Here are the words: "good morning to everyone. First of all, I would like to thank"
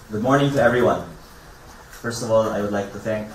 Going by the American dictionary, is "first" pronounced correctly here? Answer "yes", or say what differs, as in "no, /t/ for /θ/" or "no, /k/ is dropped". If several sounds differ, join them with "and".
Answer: yes